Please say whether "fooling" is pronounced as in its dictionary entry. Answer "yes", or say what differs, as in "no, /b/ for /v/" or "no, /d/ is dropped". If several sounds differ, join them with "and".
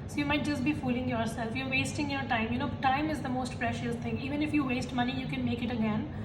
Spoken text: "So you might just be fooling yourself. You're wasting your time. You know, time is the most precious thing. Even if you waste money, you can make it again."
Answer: yes